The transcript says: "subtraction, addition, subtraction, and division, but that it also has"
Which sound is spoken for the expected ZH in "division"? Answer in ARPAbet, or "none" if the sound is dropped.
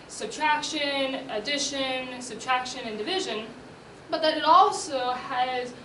ZH